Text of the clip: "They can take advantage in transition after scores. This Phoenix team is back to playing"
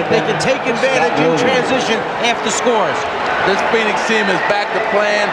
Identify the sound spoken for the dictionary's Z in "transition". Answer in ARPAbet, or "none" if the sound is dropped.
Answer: Z